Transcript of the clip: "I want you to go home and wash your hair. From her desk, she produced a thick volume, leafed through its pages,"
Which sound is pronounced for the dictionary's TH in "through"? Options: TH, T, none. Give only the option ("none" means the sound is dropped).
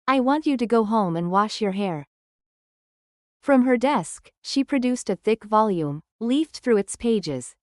TH